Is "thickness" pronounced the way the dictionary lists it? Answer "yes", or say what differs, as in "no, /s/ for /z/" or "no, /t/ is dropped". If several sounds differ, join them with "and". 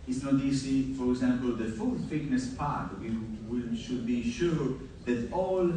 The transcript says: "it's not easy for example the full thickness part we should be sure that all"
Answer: no, /f/ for /θ/